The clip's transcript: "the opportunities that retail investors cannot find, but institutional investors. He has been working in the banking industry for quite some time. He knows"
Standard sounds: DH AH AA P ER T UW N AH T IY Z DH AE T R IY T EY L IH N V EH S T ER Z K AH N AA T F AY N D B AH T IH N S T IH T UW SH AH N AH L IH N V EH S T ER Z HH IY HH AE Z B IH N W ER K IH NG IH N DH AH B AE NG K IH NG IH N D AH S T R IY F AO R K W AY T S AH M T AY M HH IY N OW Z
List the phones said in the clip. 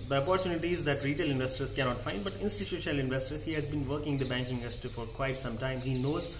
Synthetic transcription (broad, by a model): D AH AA P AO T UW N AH T IY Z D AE T R IY T EY L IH N V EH S T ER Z K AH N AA T F AY N D B AH T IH N S T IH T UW SH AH N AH L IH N V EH S T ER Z HH IY HH AE Z B IH N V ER K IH NG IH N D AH B AE NG K IH NG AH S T IY F AO R K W AY T S AH M T AY M HH IY N OW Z